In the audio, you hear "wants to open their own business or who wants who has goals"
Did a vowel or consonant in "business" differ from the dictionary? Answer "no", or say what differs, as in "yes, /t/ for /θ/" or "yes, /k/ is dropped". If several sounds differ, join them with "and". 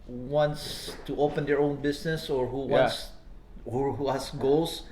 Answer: yes, /s/ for /z/